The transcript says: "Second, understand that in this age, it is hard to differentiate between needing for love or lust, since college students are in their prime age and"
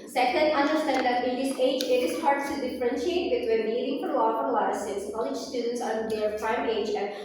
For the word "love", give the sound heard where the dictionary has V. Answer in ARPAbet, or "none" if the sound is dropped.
P